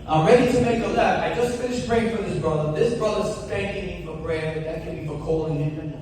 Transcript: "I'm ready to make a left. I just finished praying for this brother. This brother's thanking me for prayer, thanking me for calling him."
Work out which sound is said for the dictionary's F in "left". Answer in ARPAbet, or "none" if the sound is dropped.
none